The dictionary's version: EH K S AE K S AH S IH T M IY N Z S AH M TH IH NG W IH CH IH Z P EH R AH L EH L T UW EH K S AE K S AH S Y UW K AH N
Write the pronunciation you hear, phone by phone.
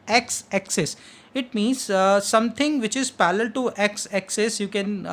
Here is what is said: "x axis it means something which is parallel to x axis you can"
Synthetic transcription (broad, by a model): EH K S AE K S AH S IH T M IY N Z S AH M T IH NG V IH CH IH Z P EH L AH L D T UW EH K S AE K S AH S Y UW K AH N